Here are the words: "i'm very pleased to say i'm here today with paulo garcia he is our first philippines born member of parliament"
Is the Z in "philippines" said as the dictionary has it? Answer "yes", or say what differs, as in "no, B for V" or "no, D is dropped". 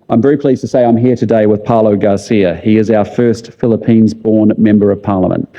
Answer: yes